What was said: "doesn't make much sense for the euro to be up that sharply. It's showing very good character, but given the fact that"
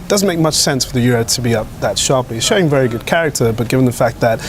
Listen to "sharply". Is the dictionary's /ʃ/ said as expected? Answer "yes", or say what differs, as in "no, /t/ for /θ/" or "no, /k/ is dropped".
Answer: yes